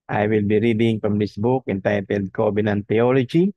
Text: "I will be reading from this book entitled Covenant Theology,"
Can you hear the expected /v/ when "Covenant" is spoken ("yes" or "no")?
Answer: no